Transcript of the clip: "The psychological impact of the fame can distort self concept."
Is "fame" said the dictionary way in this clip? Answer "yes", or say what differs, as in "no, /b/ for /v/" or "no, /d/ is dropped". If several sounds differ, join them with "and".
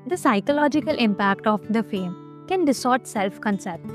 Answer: yes